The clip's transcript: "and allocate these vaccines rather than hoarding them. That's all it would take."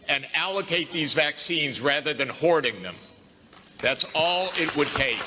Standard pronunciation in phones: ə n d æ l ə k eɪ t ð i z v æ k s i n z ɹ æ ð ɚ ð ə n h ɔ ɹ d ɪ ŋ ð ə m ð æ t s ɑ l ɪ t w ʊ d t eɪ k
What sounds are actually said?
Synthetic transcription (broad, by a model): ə n æ l ə k eɪ t ð i z v æ k s i n z ɹ æ ð ɚ ð ə n h ɔ ɹ d ɪ ŋ ð ə m ð æ t s ɑ l ɪ t w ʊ d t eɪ